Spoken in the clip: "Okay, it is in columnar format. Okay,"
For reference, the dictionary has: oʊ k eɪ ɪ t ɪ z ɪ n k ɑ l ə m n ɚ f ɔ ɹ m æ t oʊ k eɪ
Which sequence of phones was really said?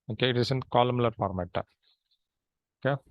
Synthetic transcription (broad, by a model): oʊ k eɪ ɪ t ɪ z ɪ n k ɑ l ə m l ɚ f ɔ ɹ m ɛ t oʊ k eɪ